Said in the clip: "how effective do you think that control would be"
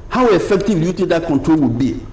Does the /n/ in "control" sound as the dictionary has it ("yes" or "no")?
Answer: yes